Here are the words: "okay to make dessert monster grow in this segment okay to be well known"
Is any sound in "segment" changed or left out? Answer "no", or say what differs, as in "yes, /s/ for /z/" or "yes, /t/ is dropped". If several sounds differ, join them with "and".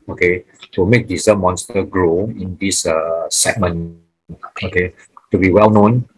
yes, /t/ is dropped